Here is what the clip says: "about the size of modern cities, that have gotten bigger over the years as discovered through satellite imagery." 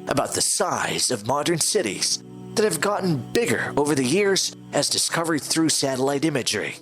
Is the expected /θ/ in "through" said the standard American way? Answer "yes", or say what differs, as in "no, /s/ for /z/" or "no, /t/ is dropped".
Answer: yes